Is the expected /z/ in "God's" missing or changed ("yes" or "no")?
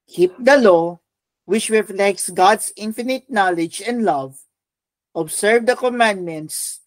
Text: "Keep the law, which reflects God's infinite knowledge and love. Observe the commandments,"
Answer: yes